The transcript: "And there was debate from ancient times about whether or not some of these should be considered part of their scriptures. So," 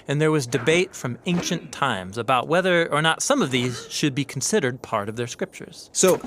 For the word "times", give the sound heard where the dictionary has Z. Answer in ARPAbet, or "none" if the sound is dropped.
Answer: Z